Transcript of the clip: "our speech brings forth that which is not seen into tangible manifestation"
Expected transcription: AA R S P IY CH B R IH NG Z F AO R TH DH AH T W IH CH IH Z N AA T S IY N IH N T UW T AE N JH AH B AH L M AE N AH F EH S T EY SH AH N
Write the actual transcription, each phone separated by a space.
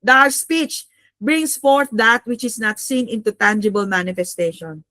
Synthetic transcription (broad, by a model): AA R S P IY CH B R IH NG S F AO R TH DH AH T W IH CH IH S N AA T S IY N IH N T UW T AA N JH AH B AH L M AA N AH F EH S T EY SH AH N